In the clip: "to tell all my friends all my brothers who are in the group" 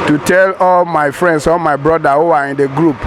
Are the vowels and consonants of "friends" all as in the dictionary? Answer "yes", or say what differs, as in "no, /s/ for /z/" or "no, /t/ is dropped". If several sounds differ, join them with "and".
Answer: no, /s/ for /z/